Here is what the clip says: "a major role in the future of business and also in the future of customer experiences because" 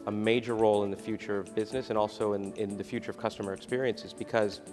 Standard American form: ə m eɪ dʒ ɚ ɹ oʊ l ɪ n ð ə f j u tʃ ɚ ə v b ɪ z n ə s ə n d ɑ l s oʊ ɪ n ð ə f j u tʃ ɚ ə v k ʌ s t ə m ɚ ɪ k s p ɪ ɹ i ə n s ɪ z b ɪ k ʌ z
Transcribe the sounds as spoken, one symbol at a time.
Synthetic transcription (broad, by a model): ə m eɪ dʒ ɚ ɹ oʊ l ɪ n ð ə f j u tʃ ɚ ə v b ɪ z n ə s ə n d ɑ l s oʊ ɪ n ð ə f j u tʃ ɚ ə v k ʌ s t ə m ɚ ɪ k s p ɪ ɹ i ə n s ɪ z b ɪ k ʌ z